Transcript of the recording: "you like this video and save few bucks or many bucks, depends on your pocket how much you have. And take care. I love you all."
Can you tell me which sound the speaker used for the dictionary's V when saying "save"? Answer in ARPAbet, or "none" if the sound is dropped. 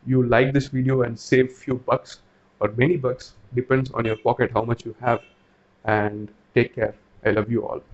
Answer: V